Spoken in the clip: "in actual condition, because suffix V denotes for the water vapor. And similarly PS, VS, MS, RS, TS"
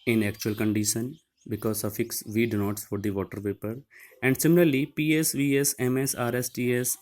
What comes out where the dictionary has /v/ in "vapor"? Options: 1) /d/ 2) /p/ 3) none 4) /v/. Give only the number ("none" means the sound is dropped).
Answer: 2